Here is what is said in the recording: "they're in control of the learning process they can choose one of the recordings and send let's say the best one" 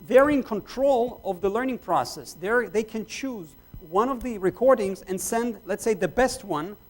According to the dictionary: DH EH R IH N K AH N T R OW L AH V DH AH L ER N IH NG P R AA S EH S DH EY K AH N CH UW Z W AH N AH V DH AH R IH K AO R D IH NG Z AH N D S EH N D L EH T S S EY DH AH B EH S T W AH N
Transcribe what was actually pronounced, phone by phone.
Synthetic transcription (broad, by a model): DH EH R IH N K AH N T R OW L AH V DH AH L ER N IH NG P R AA S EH S DH EY K AH N CH UW Z W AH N AH V DH AH R IH K AO R D IH NG Z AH N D S EH N D L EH T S S EY DH AH B EH S T W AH N